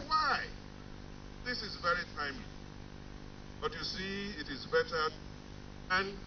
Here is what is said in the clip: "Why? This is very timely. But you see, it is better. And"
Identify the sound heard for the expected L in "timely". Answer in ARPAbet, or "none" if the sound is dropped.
none